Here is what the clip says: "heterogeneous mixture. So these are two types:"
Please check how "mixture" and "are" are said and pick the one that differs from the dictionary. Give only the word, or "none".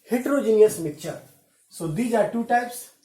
mixture